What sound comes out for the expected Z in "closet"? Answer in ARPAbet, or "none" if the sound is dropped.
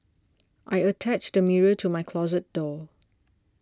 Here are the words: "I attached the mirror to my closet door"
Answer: Z